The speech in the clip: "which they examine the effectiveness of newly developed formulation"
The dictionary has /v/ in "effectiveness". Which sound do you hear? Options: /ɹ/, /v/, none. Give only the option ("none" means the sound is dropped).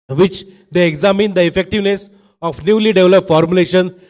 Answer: /v/